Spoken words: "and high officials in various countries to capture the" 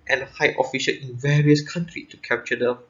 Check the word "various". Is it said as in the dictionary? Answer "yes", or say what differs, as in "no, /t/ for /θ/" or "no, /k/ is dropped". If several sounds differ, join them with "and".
yes